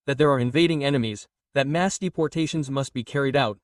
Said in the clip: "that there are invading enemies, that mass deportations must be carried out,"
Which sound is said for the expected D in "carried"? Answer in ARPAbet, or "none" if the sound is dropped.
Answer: D